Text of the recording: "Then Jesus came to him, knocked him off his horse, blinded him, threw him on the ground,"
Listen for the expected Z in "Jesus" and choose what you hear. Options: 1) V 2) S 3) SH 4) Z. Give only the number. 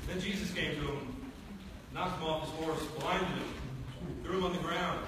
4